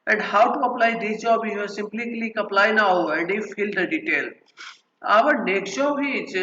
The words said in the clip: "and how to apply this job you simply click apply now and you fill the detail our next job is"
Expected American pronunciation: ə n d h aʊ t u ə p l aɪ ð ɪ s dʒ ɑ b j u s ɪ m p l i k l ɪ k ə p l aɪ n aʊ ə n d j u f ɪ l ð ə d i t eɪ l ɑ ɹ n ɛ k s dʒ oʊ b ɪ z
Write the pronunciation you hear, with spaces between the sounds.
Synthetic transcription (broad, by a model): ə n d h aʊ t u ə p l aɪ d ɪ dʒ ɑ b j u s ɪ m p l i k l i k ə p l aɪ n aʊ ə n d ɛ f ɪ l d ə d i t eɪ l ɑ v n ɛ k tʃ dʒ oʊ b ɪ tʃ